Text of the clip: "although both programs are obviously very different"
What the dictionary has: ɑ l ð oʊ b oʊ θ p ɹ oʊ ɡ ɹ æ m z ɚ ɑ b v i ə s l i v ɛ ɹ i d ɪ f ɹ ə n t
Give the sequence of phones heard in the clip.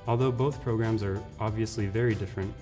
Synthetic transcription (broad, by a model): ɑ l ð oʊ b oʊ θ p ɹ oʊ ɡ ɹ æ m z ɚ ɑ b v i ə s l i v ɛ ɹ i d ɪ f ɹ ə n t